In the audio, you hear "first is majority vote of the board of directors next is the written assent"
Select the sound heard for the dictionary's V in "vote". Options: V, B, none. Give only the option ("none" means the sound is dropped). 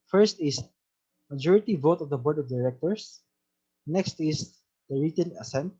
V